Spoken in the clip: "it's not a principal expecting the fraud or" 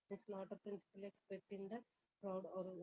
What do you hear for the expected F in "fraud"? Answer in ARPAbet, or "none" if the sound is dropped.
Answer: P